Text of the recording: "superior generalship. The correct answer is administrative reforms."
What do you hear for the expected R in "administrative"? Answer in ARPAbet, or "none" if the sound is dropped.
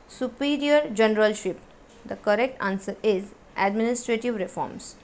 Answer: R